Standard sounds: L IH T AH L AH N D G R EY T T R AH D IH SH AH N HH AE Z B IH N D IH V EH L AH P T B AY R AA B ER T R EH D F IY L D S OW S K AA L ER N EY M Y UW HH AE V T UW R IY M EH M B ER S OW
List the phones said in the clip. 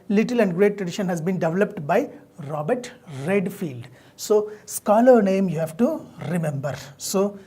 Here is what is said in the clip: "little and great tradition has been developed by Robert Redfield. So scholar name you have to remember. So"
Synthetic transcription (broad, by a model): L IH T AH L AH N D G R EY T T R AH D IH SH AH N HH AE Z B IH N D IH V EH L AH P T B AY R AA B ER T R EH D F IY L D S OW S K AA L ER N EY M Y UW HH AE V T UW R IY M EH M B ER S OW